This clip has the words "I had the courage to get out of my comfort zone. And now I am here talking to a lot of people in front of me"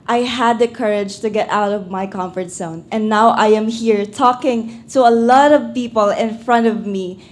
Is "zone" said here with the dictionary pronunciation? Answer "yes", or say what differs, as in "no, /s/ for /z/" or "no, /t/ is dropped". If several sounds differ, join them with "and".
no, /s/ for /z/